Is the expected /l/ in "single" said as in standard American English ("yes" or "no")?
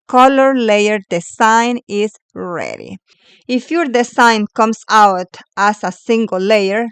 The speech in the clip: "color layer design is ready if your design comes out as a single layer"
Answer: yes